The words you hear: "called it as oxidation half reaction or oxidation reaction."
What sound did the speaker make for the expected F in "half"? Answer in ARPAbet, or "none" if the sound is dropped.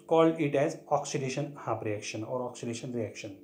P